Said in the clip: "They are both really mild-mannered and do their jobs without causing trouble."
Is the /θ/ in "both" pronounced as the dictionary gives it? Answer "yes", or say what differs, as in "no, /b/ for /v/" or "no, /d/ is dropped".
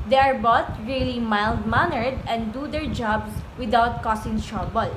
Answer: no, /t/ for /θ/